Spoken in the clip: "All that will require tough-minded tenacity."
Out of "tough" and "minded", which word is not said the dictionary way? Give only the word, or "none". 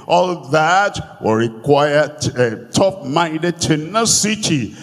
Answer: tough